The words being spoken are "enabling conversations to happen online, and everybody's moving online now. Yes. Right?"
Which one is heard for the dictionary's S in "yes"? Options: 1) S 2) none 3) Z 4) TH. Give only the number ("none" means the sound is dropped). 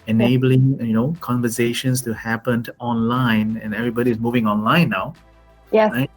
2